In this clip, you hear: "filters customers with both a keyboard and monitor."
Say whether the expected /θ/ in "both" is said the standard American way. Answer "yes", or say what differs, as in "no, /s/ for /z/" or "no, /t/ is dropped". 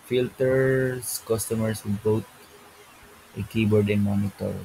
no, /t/ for /θ/